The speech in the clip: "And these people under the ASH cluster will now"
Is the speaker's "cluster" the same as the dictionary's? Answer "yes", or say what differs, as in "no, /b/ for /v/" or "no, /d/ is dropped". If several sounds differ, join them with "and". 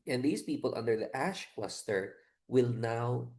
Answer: no, /w/ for /l/